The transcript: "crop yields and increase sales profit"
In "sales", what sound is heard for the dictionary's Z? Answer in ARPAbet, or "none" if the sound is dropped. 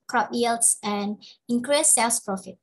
S